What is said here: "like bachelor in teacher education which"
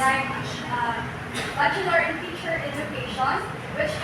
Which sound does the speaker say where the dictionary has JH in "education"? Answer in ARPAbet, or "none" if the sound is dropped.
Z